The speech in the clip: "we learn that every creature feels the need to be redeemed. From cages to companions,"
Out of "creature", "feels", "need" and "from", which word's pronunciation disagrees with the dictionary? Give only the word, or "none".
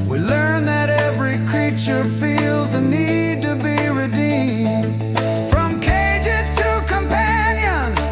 none